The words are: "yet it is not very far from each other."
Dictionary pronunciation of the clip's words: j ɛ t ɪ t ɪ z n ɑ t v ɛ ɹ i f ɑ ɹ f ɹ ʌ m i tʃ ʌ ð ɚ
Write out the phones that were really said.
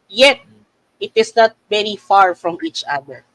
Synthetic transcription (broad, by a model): j ɛ t ɪ t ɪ s n ɑ t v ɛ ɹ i f ɑ ɹ f ɹ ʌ m i tʃ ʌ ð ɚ